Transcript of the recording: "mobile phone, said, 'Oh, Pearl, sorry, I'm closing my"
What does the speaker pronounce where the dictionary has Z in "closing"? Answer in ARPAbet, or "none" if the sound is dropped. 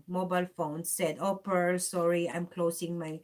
S